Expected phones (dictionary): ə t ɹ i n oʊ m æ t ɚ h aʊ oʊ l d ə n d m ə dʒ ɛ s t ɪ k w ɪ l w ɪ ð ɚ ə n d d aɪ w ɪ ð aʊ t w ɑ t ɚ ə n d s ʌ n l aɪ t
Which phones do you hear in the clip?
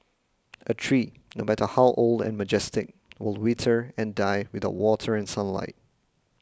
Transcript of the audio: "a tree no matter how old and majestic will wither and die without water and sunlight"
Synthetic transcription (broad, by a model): ə t ɹ i n oʊ m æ t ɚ h aʊ oʊ l d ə n m ə dʒ ɛ s t ɪ k w ɪ l w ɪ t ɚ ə n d d aɪ w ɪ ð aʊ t w ɑ t ɚ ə n s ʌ n l aɪ t